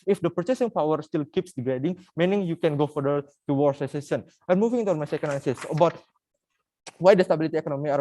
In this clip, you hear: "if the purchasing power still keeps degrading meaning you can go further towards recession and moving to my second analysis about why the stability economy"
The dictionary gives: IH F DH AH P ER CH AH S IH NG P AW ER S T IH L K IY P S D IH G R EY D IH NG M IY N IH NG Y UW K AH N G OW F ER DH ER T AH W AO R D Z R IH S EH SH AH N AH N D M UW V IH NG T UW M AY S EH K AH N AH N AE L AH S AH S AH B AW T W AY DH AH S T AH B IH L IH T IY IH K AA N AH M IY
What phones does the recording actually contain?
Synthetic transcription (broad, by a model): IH F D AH P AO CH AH S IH NG P AW ER S T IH L K IY P S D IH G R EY D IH NG M IY N IH NG Y UW K AH N G OW F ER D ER T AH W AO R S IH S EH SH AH N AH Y M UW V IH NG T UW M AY S EH K AH N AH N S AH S AH B AW T W AY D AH S T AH B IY L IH T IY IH K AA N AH M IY